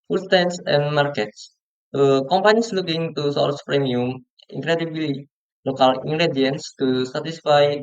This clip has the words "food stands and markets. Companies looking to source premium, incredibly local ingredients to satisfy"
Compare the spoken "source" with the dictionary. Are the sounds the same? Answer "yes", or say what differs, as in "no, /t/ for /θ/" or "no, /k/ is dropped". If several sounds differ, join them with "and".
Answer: no, /l/ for /ɹ/